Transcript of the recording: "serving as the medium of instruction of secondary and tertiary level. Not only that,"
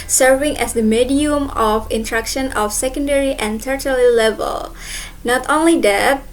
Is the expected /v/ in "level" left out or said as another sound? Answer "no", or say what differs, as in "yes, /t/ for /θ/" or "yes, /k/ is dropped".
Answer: no